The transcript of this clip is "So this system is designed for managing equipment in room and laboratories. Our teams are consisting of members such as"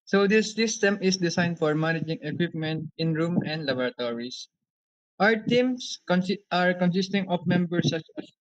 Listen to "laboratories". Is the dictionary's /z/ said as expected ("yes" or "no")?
no